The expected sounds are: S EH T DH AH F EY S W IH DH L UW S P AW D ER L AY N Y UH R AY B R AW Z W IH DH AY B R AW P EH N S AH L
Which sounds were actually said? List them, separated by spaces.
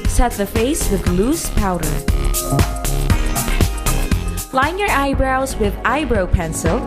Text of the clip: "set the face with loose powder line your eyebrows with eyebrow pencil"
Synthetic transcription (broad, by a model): S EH T DH AH F EY S W IH DH L UW S P AW D ER L AY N Y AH R AY B R AW Z W IH DH AY B R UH P EH N S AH L